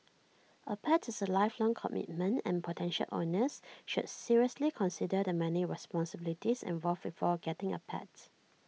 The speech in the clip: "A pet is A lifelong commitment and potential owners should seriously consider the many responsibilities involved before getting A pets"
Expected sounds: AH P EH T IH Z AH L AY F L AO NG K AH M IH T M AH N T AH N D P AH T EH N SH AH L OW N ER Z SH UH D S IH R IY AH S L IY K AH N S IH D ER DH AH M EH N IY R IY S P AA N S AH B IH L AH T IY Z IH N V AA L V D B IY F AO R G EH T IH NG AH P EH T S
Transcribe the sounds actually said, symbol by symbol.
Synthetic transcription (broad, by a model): AH P EH T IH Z AH L AY F L AO NG K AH M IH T M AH N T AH N P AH T EH N SH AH L OW N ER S SH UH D S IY R IY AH S L IY K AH N S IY D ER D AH M EH N IY R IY S P AA N S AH B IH L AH T IY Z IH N V AA L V B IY F AO G EH T IH NG AH P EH T